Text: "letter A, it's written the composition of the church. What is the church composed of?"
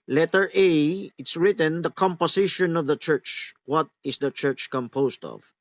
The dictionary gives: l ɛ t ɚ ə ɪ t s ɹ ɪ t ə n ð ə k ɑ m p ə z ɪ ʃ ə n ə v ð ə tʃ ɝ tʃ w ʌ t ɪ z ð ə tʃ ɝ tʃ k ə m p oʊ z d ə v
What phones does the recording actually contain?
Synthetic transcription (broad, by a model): l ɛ t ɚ ə ɪ t s ɹ ɪ t ə n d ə k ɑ m p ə s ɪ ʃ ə n ə v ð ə tʃ ɝ tʃ w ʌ t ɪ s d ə tʃ ɝ tʃ k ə m p oʊ s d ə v